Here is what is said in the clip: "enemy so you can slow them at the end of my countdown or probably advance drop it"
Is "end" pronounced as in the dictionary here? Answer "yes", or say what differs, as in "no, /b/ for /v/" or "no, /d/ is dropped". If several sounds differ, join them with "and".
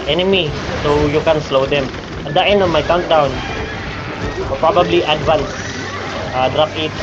no, /d/ is dropped